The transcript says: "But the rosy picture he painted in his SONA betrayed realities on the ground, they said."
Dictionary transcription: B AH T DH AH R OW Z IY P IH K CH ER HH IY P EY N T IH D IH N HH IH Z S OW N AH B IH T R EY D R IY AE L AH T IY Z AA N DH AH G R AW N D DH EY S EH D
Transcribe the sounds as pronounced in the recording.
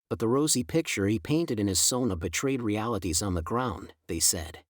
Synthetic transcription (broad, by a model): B AH T DH AH R OW Z IY P IH K CH ER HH IY P EY N T IH D IH N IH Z S OW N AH B IH T R EY D R IY AE L AH T IY Z N DH AH G R AW N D DH EY S EH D